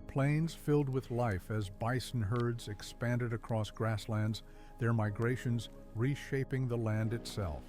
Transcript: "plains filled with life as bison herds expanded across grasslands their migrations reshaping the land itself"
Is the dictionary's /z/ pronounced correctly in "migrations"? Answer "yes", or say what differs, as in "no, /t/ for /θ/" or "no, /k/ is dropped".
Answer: yes